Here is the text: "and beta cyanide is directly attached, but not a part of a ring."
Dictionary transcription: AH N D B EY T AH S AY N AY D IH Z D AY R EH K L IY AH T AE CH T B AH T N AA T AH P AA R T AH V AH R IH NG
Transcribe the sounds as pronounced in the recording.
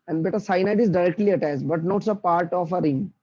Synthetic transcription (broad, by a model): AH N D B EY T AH S AY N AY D IH Z D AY R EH K L IY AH T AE S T B AH T N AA T AH P AA R T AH F AH R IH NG